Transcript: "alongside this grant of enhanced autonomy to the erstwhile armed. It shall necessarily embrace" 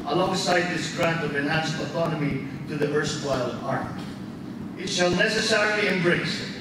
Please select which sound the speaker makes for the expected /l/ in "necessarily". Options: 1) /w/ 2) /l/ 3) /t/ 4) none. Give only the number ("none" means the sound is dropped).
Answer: 2